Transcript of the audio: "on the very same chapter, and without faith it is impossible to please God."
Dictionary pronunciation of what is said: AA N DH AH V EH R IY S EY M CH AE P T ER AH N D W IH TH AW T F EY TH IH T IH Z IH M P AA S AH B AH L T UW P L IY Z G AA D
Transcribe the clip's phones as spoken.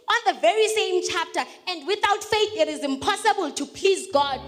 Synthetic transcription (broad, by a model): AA N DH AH V EH R IY S EY M CH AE P T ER AH N D W IH TH AW T F EY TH IH T IH Z IH M P AA S AH B AH L T UW P L IY Z G AA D